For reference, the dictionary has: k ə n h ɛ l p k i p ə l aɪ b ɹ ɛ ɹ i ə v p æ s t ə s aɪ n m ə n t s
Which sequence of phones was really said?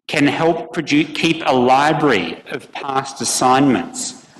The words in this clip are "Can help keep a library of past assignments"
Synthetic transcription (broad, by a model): k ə n h ɛ l p k i p ə l aɪ b ɹ ɛ ɹ i ə v p æ s t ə s aɪ n m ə n t s